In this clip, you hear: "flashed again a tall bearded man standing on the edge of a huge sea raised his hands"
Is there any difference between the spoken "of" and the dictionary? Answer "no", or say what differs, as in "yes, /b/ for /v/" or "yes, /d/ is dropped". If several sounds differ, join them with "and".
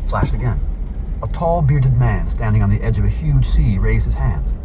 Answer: no